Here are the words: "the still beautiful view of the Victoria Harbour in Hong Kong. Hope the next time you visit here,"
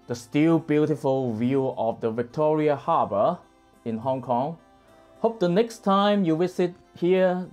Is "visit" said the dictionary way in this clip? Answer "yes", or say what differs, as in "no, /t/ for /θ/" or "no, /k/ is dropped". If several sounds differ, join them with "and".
no, /w/ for /v/